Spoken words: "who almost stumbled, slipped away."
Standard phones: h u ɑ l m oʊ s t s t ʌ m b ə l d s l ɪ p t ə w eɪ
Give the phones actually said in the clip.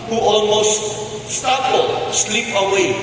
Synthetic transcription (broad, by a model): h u ɑ l m oʊ s t s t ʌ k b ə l s l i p ə w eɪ